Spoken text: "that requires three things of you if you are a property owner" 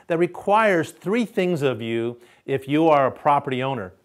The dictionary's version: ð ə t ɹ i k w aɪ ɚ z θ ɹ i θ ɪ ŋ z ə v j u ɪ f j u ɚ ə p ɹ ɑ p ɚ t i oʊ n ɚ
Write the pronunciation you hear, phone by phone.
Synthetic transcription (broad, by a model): ð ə t ɹ i k w aɪ ɚ z θ ɹ i θ ɪ ŋ z ə v j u ɪ f j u ɚ ə p ɹ ɑ p ɚ t i oʊ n ɚ